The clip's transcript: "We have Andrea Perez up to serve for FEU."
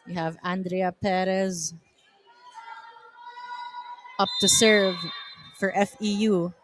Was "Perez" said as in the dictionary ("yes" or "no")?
yes